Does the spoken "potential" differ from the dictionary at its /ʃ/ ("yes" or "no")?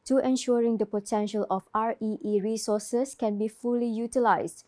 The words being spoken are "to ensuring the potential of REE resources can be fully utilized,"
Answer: no